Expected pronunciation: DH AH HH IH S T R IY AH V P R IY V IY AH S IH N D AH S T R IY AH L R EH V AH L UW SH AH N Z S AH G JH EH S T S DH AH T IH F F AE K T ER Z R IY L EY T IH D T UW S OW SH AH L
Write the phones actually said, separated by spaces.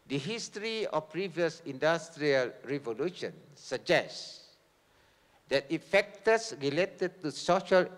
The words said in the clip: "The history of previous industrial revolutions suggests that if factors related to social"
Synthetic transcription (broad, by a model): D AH HH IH S T R IY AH F P R IY V IY AH S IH N D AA S T R IY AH L R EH V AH L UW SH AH N S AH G JH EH S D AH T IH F F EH K T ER S R IY L EY T IH D T UW S OW SH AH L